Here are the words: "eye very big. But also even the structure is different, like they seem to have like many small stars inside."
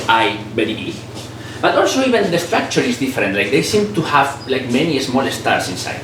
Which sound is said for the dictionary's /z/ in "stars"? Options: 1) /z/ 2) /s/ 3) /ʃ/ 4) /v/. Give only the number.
2